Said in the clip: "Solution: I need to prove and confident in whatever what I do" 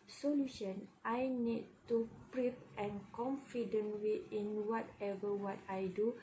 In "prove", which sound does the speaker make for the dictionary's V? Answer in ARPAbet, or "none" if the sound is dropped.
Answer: P